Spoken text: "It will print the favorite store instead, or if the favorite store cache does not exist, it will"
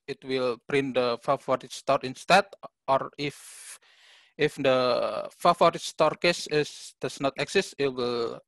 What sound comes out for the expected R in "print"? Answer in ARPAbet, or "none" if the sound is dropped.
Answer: R